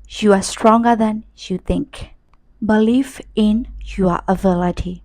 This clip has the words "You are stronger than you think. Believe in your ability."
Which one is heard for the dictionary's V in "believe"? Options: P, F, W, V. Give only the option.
F